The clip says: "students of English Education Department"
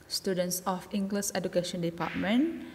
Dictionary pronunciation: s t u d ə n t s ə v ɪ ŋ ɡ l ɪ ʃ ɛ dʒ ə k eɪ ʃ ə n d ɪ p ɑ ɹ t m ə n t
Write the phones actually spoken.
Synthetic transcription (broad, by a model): s t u d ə n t s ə f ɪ ŋ ɡ l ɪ s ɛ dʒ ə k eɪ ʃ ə n d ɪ p ɑ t m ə n